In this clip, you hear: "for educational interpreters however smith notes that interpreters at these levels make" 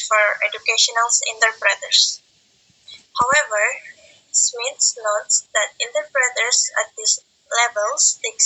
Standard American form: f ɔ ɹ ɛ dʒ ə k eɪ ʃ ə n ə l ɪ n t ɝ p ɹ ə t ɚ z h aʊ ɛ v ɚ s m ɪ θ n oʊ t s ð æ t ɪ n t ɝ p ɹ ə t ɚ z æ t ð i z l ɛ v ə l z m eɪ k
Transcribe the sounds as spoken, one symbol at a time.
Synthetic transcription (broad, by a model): f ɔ ɹ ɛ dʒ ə k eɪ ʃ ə n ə l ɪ n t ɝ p ɹ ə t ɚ s h aʊ ɛ v ɚ s m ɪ s n oʊ t s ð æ t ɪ n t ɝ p ɹ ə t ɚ s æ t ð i s l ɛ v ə l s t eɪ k